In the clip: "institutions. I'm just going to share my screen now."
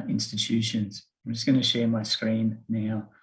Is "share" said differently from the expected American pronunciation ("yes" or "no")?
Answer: no